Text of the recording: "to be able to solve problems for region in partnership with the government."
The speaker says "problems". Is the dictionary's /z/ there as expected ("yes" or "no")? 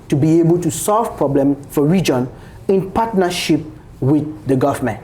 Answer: no